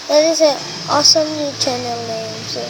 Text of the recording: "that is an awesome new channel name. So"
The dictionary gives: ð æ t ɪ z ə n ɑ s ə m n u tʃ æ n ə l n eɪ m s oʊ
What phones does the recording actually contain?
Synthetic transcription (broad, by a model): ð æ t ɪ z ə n ɑ s ə m l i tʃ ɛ n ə l n eɪ m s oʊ